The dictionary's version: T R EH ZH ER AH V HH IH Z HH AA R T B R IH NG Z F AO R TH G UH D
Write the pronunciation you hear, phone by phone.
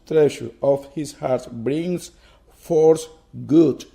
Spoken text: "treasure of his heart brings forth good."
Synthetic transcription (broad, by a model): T R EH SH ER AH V HH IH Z HH AA R T B R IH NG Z F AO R S G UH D